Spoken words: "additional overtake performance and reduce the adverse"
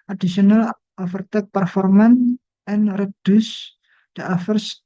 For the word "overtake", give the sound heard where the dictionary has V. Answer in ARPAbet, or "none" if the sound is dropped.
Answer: F